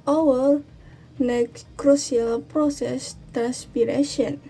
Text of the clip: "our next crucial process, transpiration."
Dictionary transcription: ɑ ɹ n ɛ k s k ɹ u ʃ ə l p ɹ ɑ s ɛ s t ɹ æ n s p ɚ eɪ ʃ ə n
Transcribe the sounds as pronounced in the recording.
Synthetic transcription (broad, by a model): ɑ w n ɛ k k ɹ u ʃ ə l p ɹ ɑ s ɛ s t ɹ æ n s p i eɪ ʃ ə n